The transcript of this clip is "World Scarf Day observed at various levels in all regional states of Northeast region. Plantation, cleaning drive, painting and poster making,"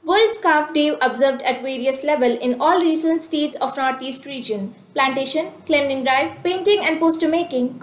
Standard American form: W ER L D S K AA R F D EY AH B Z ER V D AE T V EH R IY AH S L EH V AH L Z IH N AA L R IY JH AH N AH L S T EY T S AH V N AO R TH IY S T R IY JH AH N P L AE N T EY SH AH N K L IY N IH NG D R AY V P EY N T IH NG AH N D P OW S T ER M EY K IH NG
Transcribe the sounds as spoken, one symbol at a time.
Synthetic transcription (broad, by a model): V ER L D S K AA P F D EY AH B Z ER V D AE T V EH R IY AH S L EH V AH L IH N AA L R IY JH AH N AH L S T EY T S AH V N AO R T IY S T R IY JH AH N P L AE N T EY SH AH N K L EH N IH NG D R AY V P EY N T IH NG AH N D P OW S T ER M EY K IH NG